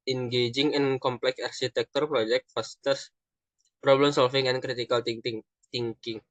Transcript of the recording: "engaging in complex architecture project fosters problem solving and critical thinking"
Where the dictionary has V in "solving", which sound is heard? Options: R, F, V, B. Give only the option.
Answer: F